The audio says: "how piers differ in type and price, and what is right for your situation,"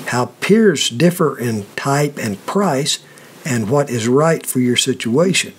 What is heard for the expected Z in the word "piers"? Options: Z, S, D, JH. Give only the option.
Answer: Z